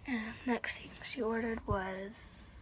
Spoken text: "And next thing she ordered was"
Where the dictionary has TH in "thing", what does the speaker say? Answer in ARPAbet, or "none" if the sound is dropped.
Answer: T